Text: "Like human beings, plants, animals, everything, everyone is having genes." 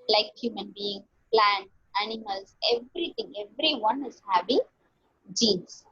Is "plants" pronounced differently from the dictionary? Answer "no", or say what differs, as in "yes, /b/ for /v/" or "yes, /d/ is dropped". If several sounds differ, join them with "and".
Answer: yes, /s/ is dropped